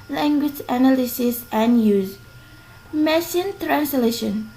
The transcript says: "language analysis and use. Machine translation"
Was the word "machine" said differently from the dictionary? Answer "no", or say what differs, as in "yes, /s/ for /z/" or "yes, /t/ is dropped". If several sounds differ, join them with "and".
yes, /s/ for /ʃ/